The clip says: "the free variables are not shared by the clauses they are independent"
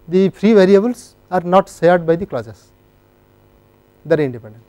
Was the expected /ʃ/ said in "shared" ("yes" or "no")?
no